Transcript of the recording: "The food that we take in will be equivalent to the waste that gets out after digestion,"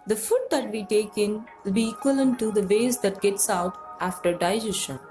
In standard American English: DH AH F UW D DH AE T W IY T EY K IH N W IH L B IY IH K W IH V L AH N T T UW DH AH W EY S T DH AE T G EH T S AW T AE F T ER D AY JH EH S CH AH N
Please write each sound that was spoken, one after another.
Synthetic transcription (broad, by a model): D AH F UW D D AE T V IY T EY K IH N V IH L B IY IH K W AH L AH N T T UW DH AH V EY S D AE T G EH T S AW T AE F T ER D AY JH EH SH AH N